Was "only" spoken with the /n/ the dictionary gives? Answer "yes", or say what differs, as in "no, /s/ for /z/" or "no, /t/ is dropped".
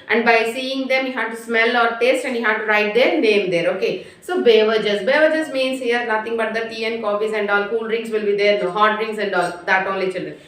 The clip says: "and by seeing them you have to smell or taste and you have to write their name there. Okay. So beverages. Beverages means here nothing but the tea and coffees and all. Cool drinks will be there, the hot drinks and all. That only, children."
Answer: no, /n/ is dropped